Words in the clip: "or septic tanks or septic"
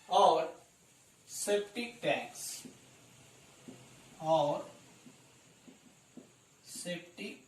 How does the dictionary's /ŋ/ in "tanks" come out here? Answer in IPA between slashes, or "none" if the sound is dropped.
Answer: none